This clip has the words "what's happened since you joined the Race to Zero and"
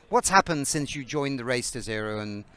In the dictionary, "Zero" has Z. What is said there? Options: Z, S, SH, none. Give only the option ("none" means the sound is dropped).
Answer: Z